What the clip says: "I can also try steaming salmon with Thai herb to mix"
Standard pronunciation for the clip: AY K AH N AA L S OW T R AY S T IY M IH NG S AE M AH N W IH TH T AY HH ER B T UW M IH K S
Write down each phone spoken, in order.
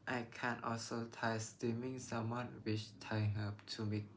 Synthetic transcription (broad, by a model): AY K AH N AA L S OW T AY S T IY M IH NG S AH M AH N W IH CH T AY HH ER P T UW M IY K